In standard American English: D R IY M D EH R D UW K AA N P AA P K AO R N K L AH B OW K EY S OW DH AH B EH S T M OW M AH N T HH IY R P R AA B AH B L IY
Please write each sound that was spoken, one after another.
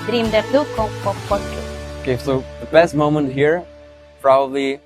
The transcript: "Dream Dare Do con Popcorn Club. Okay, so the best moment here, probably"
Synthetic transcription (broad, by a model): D R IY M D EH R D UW K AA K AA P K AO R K AH OW K EY S OW DH AH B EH S T M OW M AH N T HH IY R P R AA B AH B L IY